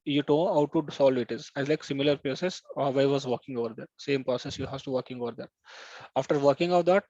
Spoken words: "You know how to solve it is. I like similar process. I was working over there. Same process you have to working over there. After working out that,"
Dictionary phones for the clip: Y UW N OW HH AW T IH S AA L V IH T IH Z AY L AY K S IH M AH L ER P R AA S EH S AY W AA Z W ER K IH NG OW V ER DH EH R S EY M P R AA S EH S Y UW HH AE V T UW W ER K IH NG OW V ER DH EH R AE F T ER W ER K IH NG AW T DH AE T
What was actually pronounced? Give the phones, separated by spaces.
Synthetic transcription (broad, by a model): Y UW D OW HH AW T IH S AA L V IH T IH Z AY L AY K S IH M AH L ER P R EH S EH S AY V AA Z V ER K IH NG OW V ER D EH R S EY M P R AA S EH S Y UW HH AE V T UW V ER K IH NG OW V ER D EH R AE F T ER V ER K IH NG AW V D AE T